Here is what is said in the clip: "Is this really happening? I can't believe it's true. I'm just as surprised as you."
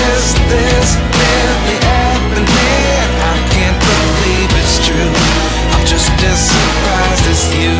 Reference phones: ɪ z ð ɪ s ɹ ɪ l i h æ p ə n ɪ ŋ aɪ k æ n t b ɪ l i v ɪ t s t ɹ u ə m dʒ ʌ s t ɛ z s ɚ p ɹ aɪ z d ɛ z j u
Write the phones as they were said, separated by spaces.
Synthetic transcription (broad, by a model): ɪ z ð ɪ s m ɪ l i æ ə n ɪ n aɪ k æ n b ɪ l i v ɪ t s t ɹ u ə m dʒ ʌ s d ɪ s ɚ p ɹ aɪ z ɪ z j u